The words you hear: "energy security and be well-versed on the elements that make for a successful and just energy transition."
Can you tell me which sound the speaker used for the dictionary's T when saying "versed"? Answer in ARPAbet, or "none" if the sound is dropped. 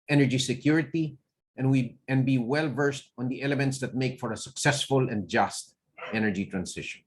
T